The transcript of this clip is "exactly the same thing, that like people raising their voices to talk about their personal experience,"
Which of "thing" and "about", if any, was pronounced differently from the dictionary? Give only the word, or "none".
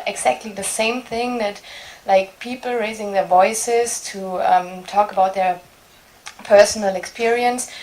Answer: none